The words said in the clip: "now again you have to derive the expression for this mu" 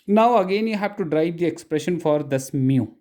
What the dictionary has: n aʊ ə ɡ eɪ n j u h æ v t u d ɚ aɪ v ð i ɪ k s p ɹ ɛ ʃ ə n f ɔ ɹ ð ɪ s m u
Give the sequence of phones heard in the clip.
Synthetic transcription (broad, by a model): n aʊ ə ɡ eɪ n j u h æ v t u d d aɪ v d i ɪ k s p ɹ ɛ ʃ ə n f ɔ ɹ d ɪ s m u